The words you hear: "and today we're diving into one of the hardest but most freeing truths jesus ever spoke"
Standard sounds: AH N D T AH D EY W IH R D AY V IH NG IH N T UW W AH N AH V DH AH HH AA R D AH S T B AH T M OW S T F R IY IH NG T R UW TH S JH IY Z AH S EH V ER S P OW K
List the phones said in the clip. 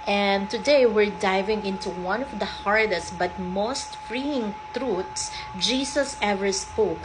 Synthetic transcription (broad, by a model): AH N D T AH D EY W IH R D AY V IH NG IH N T UW W AH N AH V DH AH HH AA R D AH S T B AH T M OW S T F R IY IH NG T R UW T S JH IY S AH S EH V ER S P OW K